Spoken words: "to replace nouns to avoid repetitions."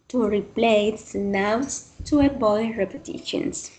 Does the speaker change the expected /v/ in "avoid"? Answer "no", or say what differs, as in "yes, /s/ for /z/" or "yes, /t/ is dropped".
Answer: yes, /b/ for /v/